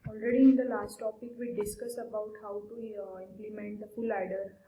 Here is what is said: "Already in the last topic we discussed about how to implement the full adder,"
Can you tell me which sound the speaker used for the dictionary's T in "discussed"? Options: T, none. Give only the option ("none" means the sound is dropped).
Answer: none